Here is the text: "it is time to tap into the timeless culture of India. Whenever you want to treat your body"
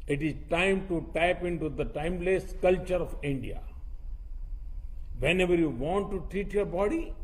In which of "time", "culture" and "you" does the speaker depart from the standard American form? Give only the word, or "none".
none